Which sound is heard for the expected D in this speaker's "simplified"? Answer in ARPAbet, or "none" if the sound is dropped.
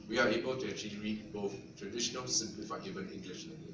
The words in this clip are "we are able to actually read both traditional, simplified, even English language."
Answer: none